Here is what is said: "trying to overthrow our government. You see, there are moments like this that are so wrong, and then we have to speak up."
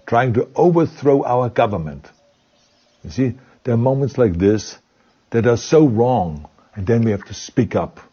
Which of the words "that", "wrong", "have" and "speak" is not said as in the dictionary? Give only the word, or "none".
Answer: have